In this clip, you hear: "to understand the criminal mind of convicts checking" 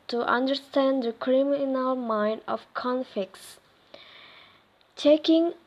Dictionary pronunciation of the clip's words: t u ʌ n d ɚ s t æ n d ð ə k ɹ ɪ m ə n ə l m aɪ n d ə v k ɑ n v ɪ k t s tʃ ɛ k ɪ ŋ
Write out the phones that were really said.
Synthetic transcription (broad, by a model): t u ʌ n d ɚ s t æ n d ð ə k ɹ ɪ m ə n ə l m aɪ n d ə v k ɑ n f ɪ k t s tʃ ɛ k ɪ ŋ